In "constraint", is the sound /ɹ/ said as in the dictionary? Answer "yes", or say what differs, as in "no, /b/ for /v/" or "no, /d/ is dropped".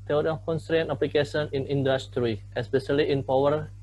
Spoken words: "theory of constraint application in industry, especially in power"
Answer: yes